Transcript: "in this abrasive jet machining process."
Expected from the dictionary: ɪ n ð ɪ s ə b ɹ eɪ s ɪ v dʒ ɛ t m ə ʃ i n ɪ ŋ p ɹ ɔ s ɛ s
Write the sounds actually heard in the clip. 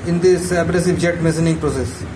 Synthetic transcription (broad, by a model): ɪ n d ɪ s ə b ɹ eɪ s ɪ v dʒ ɛ t m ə s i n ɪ ŋ p ɹ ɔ s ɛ s